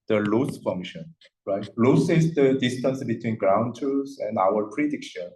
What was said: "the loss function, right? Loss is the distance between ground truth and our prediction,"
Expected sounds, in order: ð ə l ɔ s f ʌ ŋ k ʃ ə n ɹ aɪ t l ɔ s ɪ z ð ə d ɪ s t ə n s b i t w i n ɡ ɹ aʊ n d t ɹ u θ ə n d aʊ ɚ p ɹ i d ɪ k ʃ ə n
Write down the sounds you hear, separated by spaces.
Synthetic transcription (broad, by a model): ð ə l ɔ s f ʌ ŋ ʃ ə n ɹ aɪ t l ɔ s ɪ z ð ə d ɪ s t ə n s b i t w i n ɡ ɹ aʊ n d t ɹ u s ə n d aʊ ɚ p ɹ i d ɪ k ʃ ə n